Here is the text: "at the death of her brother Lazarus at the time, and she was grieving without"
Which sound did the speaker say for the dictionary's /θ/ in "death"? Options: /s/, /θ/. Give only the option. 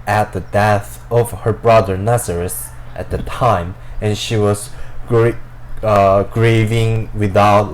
/θ/